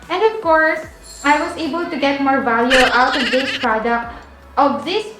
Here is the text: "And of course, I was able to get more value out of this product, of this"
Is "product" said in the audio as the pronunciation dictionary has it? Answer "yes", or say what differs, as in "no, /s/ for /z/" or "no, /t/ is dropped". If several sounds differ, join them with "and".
yes